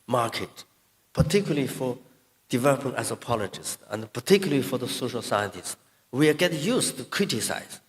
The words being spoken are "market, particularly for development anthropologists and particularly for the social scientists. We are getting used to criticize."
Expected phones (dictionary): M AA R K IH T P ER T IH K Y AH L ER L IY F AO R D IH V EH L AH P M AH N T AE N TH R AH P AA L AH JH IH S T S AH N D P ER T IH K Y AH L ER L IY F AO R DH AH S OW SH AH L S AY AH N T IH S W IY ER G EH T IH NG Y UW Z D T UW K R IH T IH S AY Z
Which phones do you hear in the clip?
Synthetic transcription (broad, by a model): M AA R K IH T P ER T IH K Y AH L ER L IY F AO R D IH V EH L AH P AH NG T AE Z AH P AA L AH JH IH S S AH N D P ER T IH K Y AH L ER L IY F AO R DH AH S OW SH AH L S AY AH N T IH S W IY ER G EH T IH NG Y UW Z T UW K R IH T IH S AY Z